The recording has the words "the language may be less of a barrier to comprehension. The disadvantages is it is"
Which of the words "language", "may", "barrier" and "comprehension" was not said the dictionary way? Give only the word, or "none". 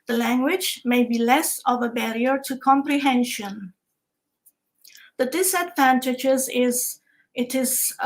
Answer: none